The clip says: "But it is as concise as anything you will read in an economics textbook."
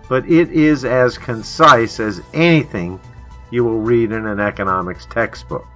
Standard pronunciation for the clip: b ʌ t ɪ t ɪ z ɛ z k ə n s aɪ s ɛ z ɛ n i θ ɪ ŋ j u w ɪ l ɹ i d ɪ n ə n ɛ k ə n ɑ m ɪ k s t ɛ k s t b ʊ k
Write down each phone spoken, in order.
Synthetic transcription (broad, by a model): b ʌ t ɪ t ɪ z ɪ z k ə n s aɪ s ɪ z ɛ n i θ ɪ ŋ j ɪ w ɪ l ɹ i d ɪ n ə n ɛ k ə n ɑ m ɪ k s t ɛ k s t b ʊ k